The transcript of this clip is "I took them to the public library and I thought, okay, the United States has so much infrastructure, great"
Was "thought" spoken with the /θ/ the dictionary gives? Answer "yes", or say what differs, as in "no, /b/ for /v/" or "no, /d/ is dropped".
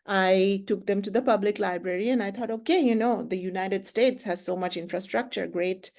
no, /t/ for /θ/